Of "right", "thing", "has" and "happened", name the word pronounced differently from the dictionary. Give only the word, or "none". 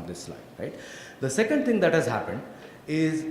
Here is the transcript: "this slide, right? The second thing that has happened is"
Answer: thing